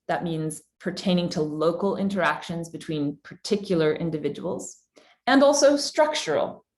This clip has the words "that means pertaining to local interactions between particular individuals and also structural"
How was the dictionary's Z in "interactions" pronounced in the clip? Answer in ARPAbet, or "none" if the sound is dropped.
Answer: Z